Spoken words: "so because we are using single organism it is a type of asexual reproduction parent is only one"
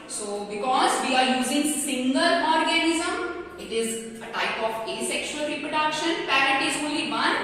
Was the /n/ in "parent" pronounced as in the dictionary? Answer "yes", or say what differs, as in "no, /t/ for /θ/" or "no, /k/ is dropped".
no, /n/ is dropped